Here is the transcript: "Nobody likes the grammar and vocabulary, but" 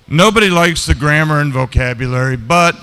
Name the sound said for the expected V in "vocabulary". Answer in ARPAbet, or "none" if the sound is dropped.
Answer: V